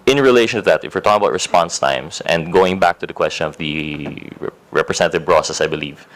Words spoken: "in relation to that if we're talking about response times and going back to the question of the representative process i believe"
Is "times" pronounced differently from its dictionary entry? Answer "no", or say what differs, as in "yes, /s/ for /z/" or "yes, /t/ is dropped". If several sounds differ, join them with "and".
yes, /s/ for /z/